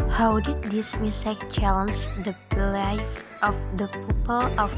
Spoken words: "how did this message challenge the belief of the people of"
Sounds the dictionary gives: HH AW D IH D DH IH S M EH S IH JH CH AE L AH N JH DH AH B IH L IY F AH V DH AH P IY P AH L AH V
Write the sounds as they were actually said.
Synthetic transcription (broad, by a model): HH AW D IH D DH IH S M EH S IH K CH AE L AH N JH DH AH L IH IH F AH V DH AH P IY P AH L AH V